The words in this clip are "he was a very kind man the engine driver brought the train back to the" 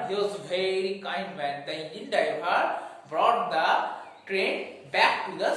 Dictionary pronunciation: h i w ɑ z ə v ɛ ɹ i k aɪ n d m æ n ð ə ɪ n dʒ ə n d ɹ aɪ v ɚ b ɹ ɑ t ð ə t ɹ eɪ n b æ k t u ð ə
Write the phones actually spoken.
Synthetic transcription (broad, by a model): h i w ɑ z v ɛ ɹ i k aɪ n d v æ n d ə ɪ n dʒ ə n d aɪ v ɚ b ɹ ɑ t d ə t ɹ eɪ n b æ k t u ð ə